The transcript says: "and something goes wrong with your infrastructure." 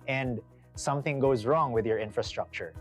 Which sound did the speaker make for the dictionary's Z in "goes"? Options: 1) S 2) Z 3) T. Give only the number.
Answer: 2